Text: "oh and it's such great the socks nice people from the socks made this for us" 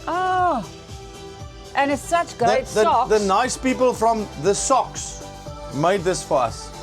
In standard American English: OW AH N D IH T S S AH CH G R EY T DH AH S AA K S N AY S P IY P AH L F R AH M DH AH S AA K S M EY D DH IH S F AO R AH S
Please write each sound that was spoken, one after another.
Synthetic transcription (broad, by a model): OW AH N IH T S S AH CH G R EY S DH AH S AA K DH N AY S P IY P AH L F R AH M DH AH S AA K S M EY D DH IH S F AO R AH S